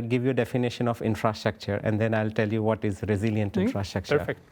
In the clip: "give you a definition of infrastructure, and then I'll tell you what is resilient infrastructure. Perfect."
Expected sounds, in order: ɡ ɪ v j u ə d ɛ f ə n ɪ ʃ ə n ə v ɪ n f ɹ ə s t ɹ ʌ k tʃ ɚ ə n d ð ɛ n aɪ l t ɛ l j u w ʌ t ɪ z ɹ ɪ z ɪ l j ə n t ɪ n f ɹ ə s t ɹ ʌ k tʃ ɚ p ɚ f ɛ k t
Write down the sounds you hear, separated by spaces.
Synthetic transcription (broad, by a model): ɡ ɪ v j u d ɛ f ə n ɪ ʃ ə n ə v ɪ n f ɹ ə s t ɹ ʌ k tʃ ɚ ə n d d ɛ n aɪ l t ɛ l j u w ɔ t ɪ z ɹ ɪ z ɪ l j ə n t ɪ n f ɹ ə s t ɹ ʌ k tʃ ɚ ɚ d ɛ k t